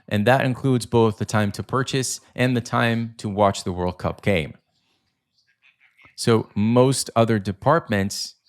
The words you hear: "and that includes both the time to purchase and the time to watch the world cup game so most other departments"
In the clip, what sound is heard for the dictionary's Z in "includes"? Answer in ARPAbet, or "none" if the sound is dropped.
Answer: Z